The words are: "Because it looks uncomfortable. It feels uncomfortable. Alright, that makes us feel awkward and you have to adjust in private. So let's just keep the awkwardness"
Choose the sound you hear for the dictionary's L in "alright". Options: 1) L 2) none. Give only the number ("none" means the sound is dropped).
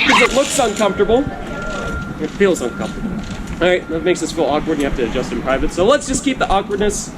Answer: 2